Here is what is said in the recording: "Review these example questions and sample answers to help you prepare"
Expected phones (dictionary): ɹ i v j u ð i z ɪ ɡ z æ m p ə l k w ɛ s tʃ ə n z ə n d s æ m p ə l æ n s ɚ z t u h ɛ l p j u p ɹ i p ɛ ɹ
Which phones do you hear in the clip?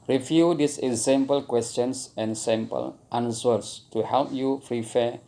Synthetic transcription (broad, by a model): ɹ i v j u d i s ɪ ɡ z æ m p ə l k w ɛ s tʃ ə n s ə n s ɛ m p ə l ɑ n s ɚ s t u h ɛ l p j u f ɹ i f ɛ